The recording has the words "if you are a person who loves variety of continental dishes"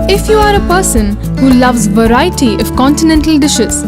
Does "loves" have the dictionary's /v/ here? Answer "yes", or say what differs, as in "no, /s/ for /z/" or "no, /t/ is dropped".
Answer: yes